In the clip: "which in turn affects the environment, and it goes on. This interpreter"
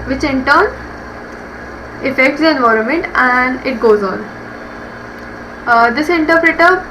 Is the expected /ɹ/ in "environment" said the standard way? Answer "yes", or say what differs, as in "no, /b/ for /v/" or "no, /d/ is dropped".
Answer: yes